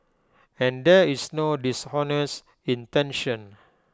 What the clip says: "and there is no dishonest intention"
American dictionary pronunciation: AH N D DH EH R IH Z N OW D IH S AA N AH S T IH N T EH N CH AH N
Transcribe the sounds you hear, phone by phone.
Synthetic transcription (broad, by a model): AH N D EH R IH S N OW D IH S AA N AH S IH N T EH N SH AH N